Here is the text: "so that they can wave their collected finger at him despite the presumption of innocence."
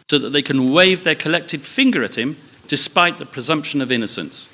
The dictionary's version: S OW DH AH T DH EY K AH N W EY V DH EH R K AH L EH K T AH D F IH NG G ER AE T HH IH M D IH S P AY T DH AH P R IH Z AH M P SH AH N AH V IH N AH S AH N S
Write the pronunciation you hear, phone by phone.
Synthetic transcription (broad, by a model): S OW DH AH T DH EY K AH N W EY V DH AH R K AH L EH K T AH D F IH NG G ER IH T HH IH M D IH S P AY T DH AH P R IH Z AH M P SH AH N AH V IH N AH S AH N S